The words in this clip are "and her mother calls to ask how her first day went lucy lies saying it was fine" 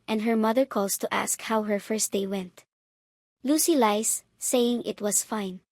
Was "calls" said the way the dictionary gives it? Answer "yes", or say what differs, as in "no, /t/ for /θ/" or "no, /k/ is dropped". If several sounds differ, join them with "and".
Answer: no, /s/ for /z/